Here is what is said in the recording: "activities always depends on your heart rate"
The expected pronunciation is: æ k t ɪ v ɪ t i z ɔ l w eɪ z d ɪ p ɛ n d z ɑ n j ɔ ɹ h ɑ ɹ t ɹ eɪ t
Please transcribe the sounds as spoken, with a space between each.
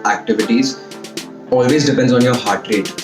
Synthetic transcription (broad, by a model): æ k t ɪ v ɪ t i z ɔ l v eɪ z d ɪ p ɛ n d z ɑ n j ɔ ɹ h ɑ ɹ t ɹ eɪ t